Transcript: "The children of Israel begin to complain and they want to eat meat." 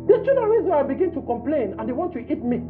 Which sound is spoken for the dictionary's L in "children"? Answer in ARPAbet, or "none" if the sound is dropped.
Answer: none